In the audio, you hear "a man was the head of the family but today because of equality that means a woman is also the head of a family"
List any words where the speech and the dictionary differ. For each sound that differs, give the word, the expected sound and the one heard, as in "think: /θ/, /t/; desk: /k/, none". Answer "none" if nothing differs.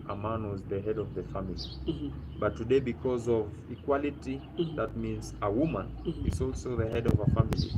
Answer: none